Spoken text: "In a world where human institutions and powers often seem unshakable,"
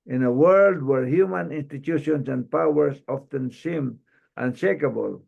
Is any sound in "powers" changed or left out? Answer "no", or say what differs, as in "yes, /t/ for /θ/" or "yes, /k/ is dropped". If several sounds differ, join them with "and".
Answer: yes, /s/ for /z/